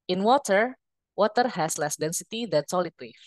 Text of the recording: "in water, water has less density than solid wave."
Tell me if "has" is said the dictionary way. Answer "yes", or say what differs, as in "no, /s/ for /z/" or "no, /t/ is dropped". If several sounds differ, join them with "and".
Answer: no, /s/ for /z/